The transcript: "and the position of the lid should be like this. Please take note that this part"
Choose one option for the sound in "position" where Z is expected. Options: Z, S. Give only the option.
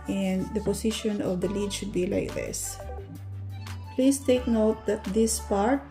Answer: S